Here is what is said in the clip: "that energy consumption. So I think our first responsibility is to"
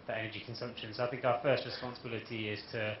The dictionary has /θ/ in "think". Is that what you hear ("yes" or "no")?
yes